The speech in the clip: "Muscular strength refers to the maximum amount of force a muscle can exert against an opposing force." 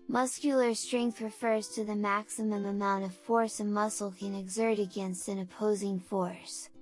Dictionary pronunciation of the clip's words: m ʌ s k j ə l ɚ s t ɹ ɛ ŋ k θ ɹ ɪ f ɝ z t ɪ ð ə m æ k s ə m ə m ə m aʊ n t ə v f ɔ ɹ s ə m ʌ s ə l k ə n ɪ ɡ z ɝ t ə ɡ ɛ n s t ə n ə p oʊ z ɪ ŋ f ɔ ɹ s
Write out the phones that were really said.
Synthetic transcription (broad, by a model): m ʌ s k j l ɚ s t ɹ ɛ ŋ k θ ɹ ɪ f ɝ z t ɪ ð ə m æ k s ə m ə m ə m aʊ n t ə v f ɔ ɹ s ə m ʌ s l k ə n ɪ ɡ z ɝ t ə ɡ ɛ n s t ə n ə p oʊ z ɪ ŋ f ɔ ɹ s